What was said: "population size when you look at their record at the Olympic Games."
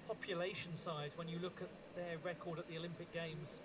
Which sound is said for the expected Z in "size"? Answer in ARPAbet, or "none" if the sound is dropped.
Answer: Z